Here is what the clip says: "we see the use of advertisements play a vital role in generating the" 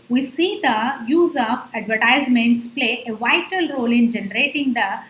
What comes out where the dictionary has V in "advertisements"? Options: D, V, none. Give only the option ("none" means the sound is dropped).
V